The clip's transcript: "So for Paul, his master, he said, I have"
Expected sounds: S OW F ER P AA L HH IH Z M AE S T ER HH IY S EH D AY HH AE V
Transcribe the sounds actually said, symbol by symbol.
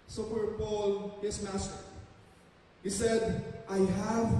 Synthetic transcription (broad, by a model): S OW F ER P AA L HH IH S M AE S T ER HH IY S EH D AY HH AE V